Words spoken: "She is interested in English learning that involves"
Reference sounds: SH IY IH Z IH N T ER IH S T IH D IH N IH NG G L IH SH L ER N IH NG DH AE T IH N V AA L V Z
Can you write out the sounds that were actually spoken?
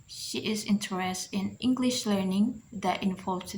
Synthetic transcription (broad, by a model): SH IY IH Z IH N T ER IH S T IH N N IH NG G L IH SH L ER N IH NG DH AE T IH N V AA L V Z